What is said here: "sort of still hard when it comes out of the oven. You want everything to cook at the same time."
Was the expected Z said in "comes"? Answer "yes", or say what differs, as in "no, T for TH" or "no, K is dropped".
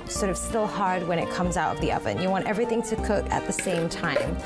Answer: yes